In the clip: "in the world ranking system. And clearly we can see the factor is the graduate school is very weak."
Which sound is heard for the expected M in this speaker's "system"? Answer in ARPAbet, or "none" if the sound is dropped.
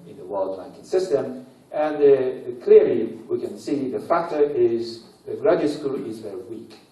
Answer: M